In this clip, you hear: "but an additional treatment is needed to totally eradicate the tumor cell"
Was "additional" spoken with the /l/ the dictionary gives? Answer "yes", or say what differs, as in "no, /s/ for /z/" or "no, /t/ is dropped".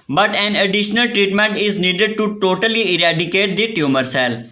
yes